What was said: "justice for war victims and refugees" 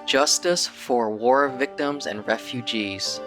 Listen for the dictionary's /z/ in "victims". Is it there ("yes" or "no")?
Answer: yes